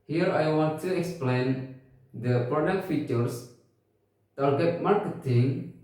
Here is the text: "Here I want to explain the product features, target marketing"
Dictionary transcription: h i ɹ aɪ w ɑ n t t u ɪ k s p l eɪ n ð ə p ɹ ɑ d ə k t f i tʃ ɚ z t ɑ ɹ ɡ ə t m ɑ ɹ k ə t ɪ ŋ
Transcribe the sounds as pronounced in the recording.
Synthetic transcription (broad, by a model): h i ɹ aɪ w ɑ n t t u ɪ k s p l eɪ n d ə p ɹ ɑ d ə k t f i tʃ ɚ s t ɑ l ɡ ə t m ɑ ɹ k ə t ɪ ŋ